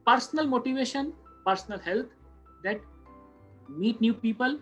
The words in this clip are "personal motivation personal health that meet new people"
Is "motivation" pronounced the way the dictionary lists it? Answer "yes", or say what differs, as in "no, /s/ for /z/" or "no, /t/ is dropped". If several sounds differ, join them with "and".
yes